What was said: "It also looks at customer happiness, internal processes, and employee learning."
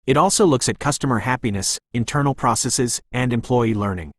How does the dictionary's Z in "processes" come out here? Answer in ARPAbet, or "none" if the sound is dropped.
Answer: Z